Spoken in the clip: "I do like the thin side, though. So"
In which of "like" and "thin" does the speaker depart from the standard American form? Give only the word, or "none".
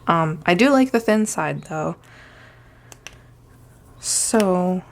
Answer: none